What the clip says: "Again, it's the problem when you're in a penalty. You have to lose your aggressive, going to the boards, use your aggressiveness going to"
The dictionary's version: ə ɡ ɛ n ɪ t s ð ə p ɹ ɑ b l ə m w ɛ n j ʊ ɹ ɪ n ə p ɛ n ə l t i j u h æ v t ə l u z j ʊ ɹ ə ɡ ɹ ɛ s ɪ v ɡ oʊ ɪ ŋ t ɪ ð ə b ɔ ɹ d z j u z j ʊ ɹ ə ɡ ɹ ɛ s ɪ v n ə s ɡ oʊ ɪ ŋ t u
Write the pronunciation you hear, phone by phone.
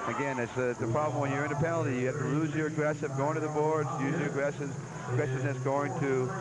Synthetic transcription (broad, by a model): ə ɡ ɛ n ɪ t s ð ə p ɹ ɑ b l ə m w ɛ n j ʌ ɹ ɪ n ə p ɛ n l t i j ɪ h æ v t ə l u z j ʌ ɹ ə ɡ ɹ ɛ s ɪ v ɡ oʊ ɪ ŋ t ɪ ð ə b ɔ ɹ d z j u z j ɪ ɹ ə ɡ ɹ ɛ s ɪ v n ə s ɡ oʊ ɪ ŋ t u